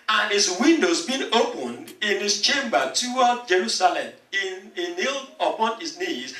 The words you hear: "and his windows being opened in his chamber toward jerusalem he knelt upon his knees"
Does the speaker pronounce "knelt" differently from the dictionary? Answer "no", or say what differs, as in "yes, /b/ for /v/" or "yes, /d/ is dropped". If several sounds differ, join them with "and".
yes, /t/ is dropped